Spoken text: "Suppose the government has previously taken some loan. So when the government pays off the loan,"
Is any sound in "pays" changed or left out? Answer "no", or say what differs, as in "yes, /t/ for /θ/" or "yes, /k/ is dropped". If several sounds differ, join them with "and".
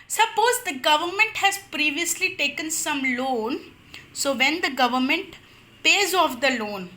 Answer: no